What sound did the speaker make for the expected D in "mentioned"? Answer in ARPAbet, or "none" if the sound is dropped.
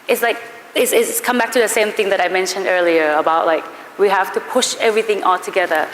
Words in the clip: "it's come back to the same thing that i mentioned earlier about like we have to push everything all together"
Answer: D